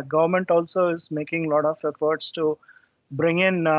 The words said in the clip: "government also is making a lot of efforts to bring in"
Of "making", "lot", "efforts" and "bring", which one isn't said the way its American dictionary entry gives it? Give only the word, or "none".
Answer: efforts